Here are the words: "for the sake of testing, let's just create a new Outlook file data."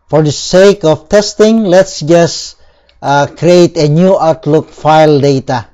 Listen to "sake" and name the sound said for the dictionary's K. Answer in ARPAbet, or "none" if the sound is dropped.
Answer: K